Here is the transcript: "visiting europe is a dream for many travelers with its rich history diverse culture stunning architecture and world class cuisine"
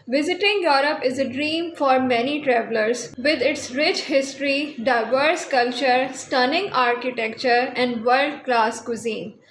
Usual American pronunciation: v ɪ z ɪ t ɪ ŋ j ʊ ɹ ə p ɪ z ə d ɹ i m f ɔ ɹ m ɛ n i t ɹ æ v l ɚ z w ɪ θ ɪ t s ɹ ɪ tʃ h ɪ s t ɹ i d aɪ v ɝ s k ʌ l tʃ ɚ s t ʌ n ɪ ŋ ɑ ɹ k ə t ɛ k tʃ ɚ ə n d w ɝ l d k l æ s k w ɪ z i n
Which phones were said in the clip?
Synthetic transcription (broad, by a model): v ɪ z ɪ t ɪ ŋ j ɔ ɹ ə p ɪ z ə d ɹ i m f ɔ ɹ m ɛ n i t ɹ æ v l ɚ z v ɪ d ɪ t s ɹ ɪ tʃ h ɪ s t ɹ i d aɪ v ɝ s k ʌ l tʃ ɚ s t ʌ n ɪ ŋ ɑ ɹ k ə t ɛ k tʃ ɚ ə n d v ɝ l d k l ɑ s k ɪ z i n